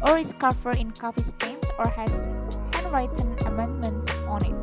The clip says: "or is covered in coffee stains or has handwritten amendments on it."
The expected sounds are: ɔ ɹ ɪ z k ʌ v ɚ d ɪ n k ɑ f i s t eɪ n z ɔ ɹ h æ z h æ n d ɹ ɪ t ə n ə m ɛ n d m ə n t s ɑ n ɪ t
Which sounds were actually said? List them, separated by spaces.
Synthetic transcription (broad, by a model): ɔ ɹ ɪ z k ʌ f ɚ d ɪ n k ɑ f i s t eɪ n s ɔ ɹ h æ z h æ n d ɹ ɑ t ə n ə m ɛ n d m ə n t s ɑ n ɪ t